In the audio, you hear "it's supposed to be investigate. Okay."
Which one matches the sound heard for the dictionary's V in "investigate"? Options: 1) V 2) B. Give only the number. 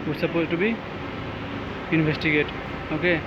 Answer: 2